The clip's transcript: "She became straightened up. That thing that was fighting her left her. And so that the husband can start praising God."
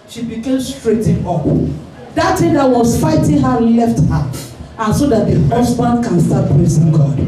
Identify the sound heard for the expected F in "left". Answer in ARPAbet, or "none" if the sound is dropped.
F